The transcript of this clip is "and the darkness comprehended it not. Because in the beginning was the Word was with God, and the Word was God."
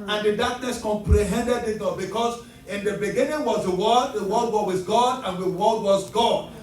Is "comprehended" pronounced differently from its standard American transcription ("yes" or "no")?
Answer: no